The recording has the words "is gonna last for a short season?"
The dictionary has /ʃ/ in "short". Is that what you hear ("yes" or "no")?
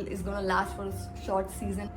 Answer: yes